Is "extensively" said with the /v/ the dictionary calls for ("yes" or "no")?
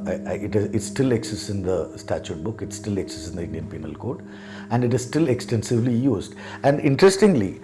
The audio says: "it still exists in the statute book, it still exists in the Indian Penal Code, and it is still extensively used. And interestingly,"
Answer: yes